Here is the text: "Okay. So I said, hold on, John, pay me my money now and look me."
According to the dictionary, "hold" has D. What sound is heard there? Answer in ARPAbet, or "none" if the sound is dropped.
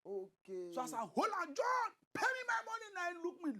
none